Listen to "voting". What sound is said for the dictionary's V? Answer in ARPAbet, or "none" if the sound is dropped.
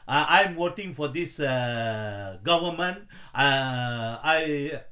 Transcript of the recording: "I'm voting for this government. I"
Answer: W